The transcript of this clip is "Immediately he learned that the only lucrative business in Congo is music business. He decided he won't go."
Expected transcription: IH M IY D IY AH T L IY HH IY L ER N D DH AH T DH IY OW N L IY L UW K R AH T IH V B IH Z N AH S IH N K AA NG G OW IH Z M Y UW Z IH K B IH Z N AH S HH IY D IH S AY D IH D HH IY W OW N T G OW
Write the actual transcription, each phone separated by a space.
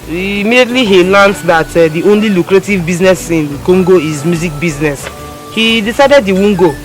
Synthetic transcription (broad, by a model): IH M IY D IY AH T L IY HH IY L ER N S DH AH T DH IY OW N L IY L UW K R AH T IH V B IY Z N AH S IH N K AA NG G OW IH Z M Y UW Z IH K B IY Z N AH S HH IY D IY S AY D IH D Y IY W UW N G OW